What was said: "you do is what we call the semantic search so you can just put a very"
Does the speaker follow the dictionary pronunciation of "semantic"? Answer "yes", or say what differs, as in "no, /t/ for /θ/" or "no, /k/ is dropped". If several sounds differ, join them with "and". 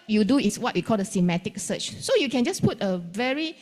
no, /n/ is dropped